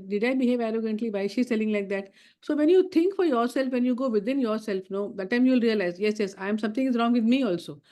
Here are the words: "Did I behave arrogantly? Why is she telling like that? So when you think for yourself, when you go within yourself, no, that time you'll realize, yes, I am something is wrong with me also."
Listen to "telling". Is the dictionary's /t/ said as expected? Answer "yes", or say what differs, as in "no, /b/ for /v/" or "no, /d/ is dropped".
no, /s/ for /t/